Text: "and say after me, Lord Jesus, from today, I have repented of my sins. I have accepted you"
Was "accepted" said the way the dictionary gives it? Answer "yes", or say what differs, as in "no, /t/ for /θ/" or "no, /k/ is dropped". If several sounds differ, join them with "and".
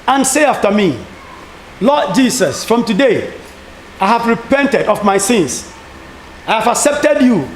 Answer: yes